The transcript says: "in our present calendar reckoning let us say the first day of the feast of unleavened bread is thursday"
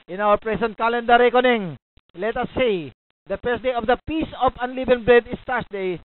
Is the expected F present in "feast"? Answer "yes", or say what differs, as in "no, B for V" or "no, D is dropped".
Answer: no, P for F